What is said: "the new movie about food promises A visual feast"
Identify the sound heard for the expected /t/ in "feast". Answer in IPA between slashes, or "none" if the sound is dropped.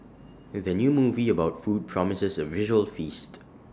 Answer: /t/